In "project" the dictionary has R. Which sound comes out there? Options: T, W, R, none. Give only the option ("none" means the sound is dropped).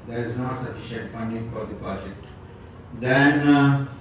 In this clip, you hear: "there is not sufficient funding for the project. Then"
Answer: none